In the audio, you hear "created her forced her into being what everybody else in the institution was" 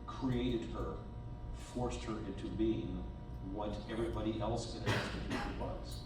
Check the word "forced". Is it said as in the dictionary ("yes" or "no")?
yes